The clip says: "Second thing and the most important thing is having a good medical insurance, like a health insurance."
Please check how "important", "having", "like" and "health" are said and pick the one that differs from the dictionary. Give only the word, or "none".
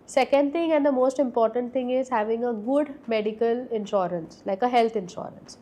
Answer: health